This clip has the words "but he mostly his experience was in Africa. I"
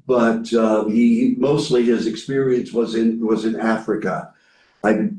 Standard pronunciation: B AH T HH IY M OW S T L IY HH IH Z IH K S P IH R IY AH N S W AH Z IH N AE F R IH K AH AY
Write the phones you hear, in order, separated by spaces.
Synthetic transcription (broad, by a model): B AH T HH IY M OW S T L IY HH IH Z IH K S P IH R IY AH N S W AH Z IH N AE F R IH K AH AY